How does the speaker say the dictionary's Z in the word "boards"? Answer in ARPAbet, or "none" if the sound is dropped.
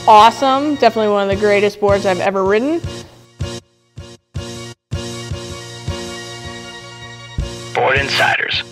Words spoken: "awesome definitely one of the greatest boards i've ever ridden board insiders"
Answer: Z